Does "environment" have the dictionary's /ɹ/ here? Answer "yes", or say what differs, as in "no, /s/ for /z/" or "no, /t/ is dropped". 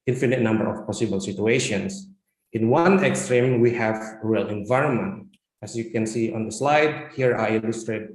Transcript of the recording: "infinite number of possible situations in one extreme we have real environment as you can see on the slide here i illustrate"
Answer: yes